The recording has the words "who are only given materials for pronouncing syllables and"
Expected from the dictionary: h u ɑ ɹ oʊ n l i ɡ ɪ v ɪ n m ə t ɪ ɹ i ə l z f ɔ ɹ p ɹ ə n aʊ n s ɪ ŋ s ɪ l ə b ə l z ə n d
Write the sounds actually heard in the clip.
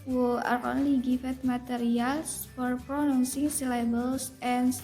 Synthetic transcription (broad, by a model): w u ɑ ɹ oʊ n l i ɡ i f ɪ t m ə t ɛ ɹ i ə l s f ɔ ɹ p ɹ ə n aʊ n s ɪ ŋ s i l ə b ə l s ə n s